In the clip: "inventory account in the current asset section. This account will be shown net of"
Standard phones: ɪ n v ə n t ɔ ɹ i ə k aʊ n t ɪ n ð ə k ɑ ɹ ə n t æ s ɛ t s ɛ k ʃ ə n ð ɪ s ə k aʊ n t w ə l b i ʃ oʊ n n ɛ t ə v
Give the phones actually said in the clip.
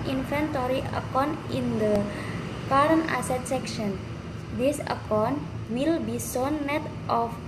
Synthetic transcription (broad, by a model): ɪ n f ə n t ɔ ɹ i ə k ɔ n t ɪ n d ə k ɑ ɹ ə n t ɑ s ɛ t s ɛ k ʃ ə n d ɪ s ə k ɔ n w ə l b i s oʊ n n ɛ t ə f